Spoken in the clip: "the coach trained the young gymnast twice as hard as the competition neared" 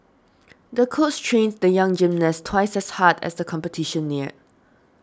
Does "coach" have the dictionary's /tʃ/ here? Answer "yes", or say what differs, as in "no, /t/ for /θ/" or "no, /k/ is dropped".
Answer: no, /s/ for /tʃ/